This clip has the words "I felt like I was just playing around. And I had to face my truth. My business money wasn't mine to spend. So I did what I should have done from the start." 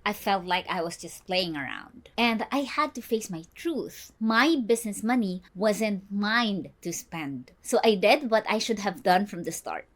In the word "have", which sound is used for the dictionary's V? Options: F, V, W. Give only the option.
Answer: V